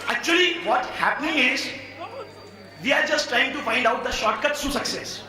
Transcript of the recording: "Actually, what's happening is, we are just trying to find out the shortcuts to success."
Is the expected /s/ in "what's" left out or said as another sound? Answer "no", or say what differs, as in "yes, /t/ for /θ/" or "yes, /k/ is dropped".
yes, /s/ is dropped